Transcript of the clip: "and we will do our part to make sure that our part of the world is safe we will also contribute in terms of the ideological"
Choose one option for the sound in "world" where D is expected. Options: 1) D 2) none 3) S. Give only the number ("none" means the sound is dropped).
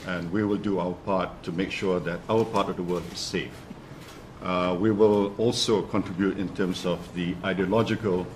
2